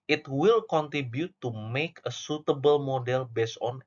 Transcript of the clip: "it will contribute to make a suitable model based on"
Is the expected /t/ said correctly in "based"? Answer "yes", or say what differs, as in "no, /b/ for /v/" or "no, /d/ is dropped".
no, /t/ is dropped